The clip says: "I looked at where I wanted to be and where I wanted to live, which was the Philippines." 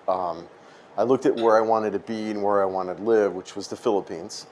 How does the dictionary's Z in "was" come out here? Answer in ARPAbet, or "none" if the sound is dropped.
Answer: Z